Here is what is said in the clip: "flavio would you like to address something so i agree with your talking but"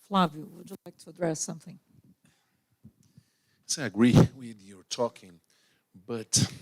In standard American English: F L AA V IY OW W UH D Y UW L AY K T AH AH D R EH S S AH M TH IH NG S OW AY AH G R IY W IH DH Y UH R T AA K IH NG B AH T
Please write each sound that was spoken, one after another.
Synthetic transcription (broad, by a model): F L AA V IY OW W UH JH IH L AY K T AH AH D R EH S S AH M TH IH NG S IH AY AH G R IY W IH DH Y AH R T AA K IH NG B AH T